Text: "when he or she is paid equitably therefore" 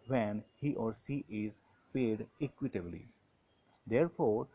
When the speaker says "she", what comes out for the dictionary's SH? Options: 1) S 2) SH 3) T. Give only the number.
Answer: 1